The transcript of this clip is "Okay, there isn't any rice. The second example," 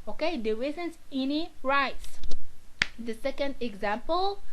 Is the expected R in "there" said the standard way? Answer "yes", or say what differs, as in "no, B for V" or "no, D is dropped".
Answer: no, W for R